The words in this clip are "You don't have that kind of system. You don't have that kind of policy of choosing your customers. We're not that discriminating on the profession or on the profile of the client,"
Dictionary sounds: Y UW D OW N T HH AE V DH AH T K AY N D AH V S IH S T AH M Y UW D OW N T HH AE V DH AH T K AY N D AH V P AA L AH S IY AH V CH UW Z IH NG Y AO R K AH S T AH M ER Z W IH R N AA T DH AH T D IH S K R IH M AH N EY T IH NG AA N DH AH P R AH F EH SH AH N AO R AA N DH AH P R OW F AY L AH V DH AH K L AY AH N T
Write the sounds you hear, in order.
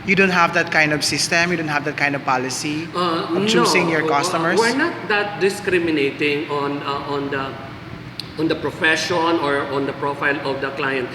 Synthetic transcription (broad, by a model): Y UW D OW N T HH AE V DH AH T K AY N D AH V S IH S T AH M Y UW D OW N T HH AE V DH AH T K AY N D AH V P AA L AH S IY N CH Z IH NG Y AO R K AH S T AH M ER W IH R N AA T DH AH T D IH S K R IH M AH N EY T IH NG AA N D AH P R AH F EH SH AH N AO R AA N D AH P R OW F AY L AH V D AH K L AY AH N T